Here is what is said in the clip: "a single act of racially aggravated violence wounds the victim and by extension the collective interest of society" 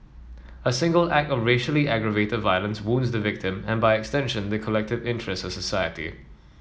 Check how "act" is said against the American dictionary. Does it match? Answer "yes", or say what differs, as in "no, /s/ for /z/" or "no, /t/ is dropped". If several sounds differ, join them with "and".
yes